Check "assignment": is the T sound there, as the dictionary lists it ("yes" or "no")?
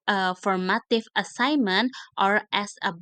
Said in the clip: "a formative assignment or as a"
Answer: yes